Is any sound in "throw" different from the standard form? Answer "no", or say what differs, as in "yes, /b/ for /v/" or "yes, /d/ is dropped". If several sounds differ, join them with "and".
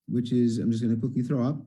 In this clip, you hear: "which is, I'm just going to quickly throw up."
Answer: no